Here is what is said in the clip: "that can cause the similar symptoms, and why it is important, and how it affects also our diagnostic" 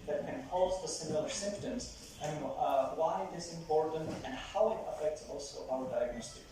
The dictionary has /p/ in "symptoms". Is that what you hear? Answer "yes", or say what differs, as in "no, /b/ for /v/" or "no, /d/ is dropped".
yes